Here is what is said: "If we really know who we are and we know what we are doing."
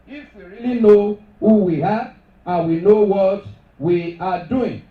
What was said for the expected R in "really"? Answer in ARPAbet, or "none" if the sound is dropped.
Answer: R